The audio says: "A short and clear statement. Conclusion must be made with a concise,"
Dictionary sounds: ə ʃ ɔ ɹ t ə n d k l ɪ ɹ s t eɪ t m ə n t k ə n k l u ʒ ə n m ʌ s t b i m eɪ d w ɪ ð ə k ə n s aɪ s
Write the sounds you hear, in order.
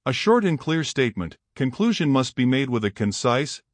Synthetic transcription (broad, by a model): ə ʃ ɔ ɹ t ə n k l ɪ ɹ s t eɪ t m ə n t k ə n k l u ʒ ə n m ʌ s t b i m eɪ d w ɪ ð ə k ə n s aɪ s